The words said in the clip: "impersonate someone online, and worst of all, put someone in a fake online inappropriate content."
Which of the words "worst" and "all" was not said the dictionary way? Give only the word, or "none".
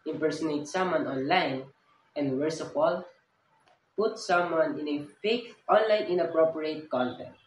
worst